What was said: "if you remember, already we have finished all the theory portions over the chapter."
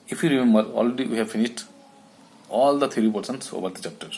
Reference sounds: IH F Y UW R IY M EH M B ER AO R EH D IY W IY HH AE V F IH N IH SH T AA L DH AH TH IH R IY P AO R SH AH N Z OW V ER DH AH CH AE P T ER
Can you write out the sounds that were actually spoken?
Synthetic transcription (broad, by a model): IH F Y UW R IY M EH M B ER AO L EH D IY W IY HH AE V F IH N IH SH T AA L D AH T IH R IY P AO R S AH N S OW V ER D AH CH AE P T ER